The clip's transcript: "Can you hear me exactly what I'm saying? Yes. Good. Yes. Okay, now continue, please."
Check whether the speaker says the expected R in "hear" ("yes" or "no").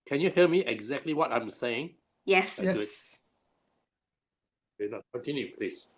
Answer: no